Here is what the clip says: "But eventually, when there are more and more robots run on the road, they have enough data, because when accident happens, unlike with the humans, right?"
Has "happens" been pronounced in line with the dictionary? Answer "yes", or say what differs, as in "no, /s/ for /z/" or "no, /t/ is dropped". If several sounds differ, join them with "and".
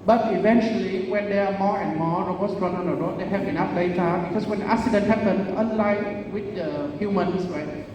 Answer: no, /z/ is dropped